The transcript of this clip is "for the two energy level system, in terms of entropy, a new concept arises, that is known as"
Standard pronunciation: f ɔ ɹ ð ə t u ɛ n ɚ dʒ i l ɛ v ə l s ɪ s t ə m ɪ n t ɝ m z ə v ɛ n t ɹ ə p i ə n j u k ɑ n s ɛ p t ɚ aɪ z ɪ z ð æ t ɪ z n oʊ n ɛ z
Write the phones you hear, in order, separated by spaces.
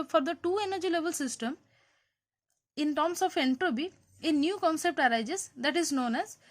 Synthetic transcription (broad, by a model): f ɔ ɹ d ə t u ɛ n ɚ dʒ i l ɛ v ə l s ɪ s t ə m ɪ n t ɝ m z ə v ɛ n t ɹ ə b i ə n j u k ɑ n s ɛ p t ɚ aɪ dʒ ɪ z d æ t ɪ z n oʊ n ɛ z